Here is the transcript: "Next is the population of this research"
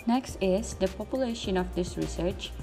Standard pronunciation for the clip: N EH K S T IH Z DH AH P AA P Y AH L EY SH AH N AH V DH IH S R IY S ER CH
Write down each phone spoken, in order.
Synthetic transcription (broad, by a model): N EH K S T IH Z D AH P AA P Y AH L EY SH AH N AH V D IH S R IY S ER CH